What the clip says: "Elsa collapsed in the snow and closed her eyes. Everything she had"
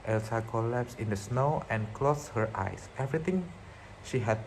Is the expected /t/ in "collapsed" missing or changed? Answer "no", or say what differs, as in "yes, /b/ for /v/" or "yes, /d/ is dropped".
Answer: yes, /t/ is dropped